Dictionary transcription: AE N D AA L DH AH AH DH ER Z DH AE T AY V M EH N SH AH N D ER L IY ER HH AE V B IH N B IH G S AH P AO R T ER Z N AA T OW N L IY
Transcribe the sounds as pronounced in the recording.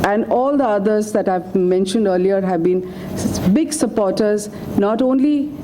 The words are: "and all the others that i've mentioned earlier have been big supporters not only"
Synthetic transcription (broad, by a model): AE N D AA L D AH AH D ER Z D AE T AY V M EH N SH AH N D ER L IY ER HH AE V B IH N B IH G S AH P AO R T ER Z N AA T OW N L IY